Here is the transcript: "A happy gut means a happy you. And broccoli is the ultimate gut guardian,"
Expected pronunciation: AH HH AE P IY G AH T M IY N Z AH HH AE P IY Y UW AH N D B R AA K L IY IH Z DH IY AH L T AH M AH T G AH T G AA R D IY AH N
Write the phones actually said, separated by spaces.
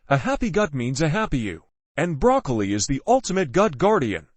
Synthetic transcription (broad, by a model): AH HH AE P IY G AH T M IY N Z AH HH AE P IY Y UW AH N B R AA K L IY IH Z DH IY AH L T AH M AH T G AH T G AA R D IY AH N